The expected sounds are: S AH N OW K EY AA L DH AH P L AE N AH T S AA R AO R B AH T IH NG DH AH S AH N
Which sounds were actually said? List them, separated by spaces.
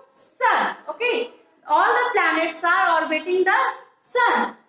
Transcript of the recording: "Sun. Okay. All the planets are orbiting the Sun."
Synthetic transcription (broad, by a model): S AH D OW K EY AA L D AH P L AE N AH T S AA R AO R B AH T IH NG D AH S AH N